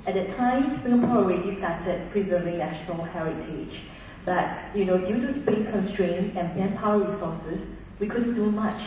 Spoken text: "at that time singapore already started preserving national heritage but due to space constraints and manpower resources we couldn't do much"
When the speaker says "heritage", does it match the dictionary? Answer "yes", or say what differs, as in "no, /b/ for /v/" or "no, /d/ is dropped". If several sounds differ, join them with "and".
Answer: yes